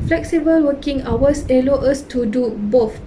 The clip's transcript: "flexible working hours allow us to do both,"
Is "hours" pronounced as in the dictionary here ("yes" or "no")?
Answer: no